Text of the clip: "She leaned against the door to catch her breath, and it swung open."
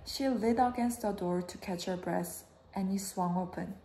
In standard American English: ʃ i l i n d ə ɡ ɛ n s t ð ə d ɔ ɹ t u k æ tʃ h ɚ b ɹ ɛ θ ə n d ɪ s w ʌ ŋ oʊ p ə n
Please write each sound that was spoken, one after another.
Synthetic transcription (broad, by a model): ʃ i l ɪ d ə ɡ ɛ n s t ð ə d ɔ ɹ t u k æ tʃ h ɚ b ɹ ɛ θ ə n ɪ s w ʌ ŋ oʊ p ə n